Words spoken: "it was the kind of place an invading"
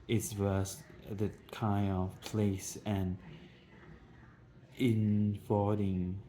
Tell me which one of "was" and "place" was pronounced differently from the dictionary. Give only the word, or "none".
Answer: was